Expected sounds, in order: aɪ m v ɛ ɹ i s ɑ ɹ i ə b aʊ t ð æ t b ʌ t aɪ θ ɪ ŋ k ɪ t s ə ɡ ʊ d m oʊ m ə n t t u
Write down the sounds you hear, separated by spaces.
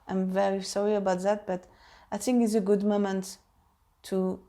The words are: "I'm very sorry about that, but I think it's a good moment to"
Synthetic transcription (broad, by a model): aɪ m v ɛ ɹ i s ɑ ɹ i ə b aʊ t ð æ t b ʌ t aɪ θ ɪ ŋ k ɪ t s ə ɡ ʊ d m oʊ m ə n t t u